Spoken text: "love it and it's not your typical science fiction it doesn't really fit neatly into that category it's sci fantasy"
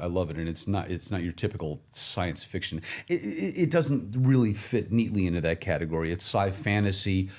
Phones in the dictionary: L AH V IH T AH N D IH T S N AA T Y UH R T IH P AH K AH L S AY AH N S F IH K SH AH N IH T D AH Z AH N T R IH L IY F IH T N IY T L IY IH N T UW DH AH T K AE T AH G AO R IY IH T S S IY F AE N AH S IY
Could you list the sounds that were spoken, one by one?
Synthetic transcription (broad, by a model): L AH V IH T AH N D IH T S N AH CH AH R T IH P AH K L S AY AH N S F IH K SH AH N IH T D AH Z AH N T R IH L IY F IH T N IY T L IY IH N T UW DH AH T K AE T AH G AO R IY IH T S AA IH F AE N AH S IY